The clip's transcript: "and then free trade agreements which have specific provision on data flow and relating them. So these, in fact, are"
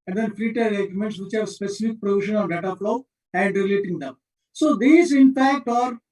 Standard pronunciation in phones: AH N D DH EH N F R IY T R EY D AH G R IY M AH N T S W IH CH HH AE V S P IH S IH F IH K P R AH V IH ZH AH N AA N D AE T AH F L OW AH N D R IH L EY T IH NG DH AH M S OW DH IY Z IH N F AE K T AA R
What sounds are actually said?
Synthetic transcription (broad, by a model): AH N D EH N F R IY T EY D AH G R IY M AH N T S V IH CH HH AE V S P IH S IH F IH K P R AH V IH SH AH N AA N D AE T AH F L OW AH N D R IH L EY T IH NG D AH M S OW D IY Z IH N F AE K T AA R